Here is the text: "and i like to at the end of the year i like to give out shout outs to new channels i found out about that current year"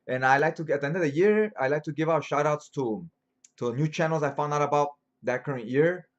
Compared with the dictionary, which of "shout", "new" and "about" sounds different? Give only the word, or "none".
none